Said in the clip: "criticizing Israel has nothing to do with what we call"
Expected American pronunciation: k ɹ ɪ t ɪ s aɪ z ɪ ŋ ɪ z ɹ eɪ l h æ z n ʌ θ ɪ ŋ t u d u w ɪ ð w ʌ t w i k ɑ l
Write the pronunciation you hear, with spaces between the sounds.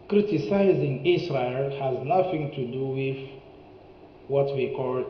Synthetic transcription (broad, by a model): k ɹ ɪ t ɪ s aɪ z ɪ ŋ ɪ s ɹ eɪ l h æ z n ʌ θ ɪ ŋ t u d u w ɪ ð w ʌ t w i k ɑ l